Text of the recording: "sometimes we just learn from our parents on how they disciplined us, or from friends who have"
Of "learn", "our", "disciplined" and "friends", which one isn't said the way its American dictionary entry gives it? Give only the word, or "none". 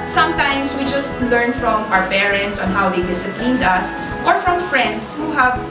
friends